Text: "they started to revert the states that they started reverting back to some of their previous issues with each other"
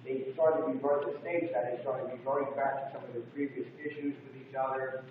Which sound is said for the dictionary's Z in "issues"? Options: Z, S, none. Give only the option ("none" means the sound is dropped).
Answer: Z